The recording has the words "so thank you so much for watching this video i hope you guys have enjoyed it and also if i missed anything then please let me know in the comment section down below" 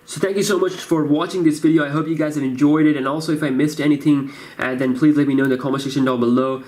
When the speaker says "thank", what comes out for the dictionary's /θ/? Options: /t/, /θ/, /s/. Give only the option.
/θ/